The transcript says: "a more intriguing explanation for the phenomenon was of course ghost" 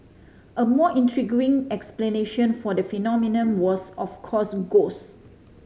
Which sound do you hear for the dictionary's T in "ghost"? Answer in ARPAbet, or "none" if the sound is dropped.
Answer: none